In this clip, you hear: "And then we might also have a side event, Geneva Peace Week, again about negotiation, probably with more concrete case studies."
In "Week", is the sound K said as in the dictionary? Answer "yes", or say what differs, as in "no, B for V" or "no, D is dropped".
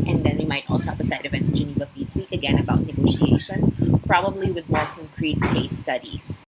yes